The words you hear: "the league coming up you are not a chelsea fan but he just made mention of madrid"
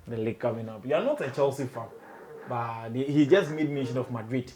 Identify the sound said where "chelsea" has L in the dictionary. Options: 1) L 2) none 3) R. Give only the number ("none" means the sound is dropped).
1